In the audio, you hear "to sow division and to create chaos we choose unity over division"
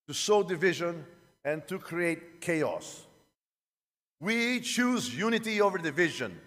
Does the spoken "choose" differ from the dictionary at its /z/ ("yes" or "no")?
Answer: no